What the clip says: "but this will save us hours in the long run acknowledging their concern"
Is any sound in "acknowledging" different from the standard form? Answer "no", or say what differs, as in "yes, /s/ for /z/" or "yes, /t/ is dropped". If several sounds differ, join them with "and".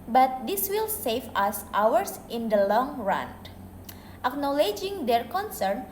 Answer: no